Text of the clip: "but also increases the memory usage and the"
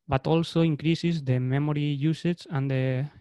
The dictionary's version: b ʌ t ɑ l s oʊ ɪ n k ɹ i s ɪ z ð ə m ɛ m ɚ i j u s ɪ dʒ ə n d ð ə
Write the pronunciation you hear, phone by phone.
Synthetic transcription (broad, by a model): b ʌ t ɑ l s oʊ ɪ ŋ k ɹ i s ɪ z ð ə m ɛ m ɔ i j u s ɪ tʃ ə n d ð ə